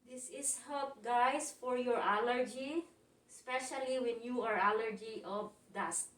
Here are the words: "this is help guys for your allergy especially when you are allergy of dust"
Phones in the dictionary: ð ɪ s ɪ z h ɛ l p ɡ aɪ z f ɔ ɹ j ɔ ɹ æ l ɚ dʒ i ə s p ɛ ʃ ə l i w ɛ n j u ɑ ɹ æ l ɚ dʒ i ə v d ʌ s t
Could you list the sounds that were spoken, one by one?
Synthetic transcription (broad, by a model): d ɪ s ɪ s h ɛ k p ɡ aɪ s f ɔ ɹ j ɔ ɹ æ l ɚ dʒ i s p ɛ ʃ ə l i w ɛ n j u ɑ ɹ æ l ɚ dʒ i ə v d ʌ s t